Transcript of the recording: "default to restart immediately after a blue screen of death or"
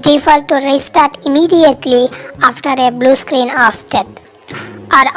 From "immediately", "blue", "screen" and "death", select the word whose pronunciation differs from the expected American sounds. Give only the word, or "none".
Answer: death